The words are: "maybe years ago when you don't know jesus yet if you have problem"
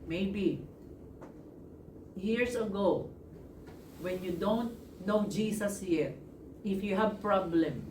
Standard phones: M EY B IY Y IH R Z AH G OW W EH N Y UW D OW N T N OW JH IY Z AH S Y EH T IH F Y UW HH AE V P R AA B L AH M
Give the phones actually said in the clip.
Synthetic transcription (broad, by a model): M EY B IY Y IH R S AH G OW W EH N Y UW D OW N T N OW JH IY S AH S Y EH T IH F Y UW HH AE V P R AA B L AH M